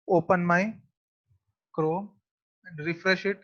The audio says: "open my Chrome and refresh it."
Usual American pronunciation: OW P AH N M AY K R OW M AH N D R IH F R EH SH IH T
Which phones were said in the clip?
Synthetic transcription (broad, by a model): OW P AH N M AY K R OW AH N D R IH F R EH SH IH T